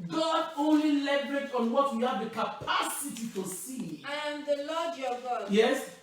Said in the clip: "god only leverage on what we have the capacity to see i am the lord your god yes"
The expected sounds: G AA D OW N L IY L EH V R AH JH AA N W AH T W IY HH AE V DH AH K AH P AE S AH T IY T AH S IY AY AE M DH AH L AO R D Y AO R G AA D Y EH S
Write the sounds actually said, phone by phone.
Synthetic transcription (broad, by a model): G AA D OW N L IY L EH B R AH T AA N W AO T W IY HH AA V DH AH K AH P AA S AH T IY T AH S IY AY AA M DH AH L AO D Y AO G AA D Y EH S